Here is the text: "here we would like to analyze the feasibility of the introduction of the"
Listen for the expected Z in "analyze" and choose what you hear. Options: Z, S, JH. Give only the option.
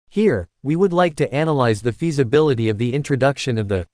Z